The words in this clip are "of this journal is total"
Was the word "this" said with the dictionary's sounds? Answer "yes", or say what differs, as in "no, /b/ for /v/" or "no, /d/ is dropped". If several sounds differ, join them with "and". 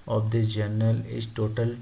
no, /s/ is dropped